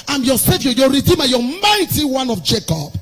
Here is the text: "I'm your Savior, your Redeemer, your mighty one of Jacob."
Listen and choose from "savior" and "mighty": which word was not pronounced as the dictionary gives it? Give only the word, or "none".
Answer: savior